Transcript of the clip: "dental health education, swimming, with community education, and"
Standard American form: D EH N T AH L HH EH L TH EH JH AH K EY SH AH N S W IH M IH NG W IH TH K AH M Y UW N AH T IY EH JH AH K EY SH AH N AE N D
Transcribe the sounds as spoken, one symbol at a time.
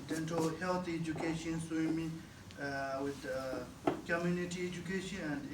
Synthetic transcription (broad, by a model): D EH N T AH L HH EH L T EH JH AH K EY SH AH N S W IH M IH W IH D K AH M Y UW N AH T IY EH JH AH K EY SH AH N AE N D